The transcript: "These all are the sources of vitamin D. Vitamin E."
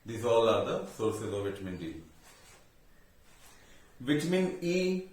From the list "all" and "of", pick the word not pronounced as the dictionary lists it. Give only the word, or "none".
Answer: none